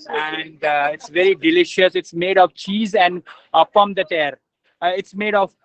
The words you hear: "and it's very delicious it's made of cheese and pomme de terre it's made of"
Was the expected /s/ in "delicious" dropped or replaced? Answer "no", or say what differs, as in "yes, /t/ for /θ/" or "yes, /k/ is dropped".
no